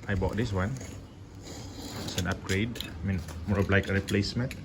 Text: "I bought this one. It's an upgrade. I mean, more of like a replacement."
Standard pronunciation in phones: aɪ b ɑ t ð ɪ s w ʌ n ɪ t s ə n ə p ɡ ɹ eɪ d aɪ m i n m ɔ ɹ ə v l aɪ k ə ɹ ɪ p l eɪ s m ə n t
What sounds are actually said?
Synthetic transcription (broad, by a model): aɪ b ɑ t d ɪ s w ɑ n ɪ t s ə n ə p ɡ ɹ eɪ d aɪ m i n m ɔ ɹ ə b l aɪ k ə ɹ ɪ p l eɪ s m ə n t